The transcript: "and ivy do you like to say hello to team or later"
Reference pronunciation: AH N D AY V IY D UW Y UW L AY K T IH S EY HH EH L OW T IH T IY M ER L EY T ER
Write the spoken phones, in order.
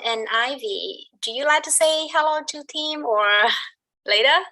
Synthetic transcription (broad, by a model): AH N AY V IY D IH Y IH L AY K T IH S EY HH EH L OW T IH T IY M ER L EY T ER